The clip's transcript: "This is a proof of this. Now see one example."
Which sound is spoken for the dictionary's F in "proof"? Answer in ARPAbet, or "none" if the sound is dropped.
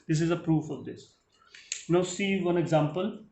F